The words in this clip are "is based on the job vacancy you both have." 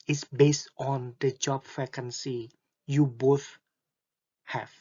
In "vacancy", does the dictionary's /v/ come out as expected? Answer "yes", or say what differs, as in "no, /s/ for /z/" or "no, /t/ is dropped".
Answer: no, /f/ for /v/